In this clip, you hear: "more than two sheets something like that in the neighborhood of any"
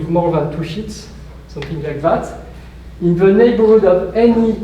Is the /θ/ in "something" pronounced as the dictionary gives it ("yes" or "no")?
yes